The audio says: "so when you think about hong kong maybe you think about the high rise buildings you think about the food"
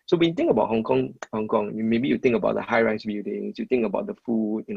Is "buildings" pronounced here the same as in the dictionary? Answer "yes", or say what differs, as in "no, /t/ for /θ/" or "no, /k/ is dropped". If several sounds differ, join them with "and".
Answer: no, /l/ is dropped and /s/ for /z/